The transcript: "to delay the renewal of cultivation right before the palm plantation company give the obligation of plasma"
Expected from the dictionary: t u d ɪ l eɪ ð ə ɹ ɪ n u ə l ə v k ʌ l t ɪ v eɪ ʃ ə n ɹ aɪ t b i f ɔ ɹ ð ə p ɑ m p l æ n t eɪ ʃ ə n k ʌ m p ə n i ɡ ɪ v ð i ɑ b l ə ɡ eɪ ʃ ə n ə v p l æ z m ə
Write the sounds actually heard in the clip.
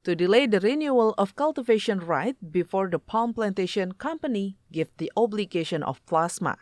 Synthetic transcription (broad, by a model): t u d ɪ l eɪ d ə ɹ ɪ n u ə l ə f k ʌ l t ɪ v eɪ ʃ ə n ɹ aɪ t b i f ɔ ɹ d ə p ɑ m p l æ n t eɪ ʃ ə n k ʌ m p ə n i ɡ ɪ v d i ɑ b l ə ɡ eɪ ʃ ə n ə f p l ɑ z m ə